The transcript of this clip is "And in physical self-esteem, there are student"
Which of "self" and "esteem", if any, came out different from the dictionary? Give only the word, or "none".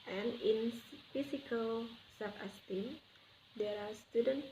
self